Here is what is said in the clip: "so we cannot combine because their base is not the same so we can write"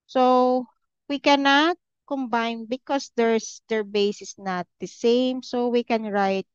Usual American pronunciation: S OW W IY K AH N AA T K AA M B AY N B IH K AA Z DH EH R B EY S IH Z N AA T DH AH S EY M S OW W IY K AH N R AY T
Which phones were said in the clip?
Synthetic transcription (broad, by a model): S OW W IY K AH N AA T K AA M B AY N B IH K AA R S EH R B EY S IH S N AA T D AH S EY M S OW W IY K AH N R AY T